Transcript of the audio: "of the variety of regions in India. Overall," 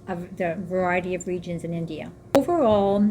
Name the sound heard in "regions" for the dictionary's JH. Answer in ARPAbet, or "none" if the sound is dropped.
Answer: JH